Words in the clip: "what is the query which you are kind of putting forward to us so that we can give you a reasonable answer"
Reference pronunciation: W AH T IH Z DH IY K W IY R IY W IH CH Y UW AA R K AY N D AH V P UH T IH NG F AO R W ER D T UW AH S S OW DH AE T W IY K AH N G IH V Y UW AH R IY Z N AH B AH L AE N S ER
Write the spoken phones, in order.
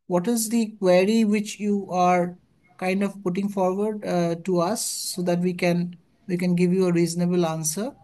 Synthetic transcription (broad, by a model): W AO T IH Z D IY K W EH R IY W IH CH Y UW AA R K AY N D AH V P UH T IH NG F AO R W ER D T UW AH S S OW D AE T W IY K AH N G IH V Y UW AH R IY Z N AH B AH L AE N S ER